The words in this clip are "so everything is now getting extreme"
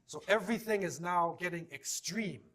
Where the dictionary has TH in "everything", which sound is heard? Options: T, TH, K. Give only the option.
TH